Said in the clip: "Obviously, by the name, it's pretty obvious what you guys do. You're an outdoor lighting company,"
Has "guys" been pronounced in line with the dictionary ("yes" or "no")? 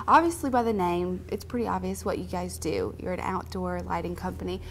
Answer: yes